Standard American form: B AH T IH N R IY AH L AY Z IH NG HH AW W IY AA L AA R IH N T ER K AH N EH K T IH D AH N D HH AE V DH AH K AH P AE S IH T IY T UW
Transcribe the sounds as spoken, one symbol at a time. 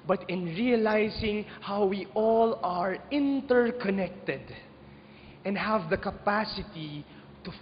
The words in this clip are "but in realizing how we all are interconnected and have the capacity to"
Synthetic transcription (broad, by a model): B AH T IH N R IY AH L AY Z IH NG HH AW W IY AA L AA R IH N T ER K AH N EH K T IH D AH N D HH AE V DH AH K AH P AE S IH T IY T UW